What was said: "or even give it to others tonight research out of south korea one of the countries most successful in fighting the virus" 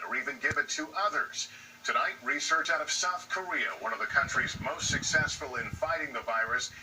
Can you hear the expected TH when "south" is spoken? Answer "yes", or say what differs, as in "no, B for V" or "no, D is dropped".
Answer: yes